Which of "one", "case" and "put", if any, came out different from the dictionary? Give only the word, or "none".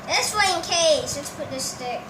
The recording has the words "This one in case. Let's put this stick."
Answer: one